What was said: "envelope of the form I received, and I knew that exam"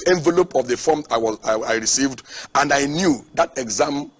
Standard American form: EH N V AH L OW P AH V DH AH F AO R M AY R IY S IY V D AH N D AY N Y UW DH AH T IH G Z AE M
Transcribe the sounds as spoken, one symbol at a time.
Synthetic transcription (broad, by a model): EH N V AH L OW P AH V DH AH F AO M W AY R IY S IY V D AH N D AY N Y UW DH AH T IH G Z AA M